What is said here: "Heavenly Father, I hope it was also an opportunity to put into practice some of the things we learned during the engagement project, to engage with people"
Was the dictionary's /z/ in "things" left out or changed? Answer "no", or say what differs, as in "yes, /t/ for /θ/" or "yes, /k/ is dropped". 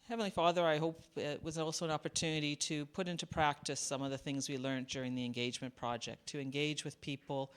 no